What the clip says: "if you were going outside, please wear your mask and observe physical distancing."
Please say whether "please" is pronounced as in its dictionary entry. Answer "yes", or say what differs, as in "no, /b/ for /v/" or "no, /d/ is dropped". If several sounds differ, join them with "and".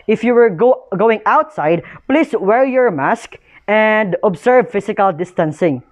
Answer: no, /s/ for /z/